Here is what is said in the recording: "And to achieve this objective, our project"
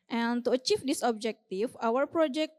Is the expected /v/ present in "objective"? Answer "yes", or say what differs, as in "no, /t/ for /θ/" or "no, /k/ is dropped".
no, /f/ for /v/